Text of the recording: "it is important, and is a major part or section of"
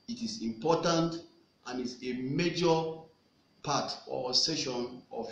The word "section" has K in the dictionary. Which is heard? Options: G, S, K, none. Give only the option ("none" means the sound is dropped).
none